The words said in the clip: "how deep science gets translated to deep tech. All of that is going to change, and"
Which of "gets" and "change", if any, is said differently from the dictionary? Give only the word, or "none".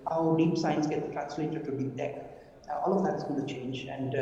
gets